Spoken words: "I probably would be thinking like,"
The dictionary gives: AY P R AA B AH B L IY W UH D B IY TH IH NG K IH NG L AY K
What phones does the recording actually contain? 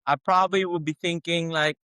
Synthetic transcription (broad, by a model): AY P R AA B AH B L IY W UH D B IY TH IH NG K IH NG L AY K